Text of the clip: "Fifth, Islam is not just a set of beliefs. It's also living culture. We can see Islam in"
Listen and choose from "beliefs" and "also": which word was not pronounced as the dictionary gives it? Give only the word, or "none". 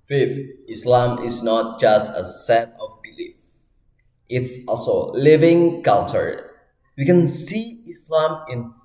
beliefs